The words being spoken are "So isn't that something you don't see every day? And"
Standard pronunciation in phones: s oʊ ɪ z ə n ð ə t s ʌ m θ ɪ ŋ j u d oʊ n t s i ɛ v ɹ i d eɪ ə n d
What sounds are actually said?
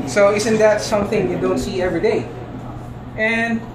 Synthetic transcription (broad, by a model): s oʊ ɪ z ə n ð ə t s ʌ m θ ɪ ŋ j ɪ d oʊ n t s i ɛ v ɹ i d eɪ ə n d